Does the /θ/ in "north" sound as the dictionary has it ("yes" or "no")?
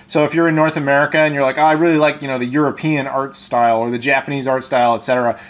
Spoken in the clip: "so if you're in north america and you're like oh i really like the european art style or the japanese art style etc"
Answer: yes